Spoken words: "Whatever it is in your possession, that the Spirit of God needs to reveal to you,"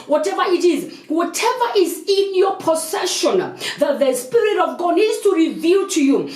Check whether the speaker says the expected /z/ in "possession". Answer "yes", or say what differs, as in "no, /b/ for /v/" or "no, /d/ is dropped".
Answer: no, /s/ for /z/